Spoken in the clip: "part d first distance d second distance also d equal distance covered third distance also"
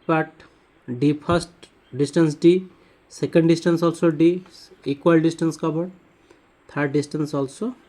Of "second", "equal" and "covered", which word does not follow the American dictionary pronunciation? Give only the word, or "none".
covered